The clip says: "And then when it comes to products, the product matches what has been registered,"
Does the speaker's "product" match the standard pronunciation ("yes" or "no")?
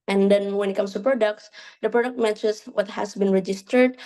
yes